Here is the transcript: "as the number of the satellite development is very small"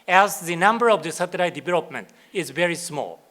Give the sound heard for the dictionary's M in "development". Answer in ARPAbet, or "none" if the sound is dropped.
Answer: M